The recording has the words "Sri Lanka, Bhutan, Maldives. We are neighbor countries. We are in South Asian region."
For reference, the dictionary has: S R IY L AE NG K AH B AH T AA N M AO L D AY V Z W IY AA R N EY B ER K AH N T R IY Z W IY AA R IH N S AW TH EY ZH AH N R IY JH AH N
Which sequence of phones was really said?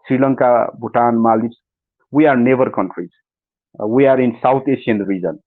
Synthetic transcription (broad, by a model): S R IY L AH NG K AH B AH T AA N M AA L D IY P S W IY AA R N EY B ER K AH N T R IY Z W IY AA R IH N S AW T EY SH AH N R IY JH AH N